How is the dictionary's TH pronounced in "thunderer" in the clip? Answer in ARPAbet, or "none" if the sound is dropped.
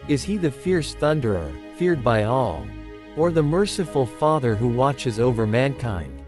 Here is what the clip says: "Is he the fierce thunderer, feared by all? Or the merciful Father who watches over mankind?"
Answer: TH